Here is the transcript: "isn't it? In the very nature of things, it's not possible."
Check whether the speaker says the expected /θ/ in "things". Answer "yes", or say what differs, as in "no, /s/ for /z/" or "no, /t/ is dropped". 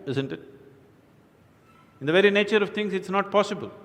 no, /t/ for /θ/